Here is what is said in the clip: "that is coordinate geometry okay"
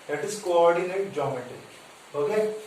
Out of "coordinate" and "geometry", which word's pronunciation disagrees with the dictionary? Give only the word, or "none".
geometry